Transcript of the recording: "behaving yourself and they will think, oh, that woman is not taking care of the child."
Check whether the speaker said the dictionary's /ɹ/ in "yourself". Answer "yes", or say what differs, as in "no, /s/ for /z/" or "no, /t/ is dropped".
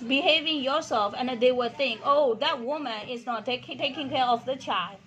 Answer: yes